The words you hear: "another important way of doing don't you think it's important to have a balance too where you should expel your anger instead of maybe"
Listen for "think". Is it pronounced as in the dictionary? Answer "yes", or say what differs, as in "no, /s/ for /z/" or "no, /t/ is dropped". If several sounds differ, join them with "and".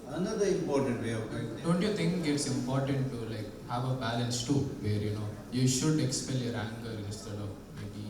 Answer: no, /t/ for /θ/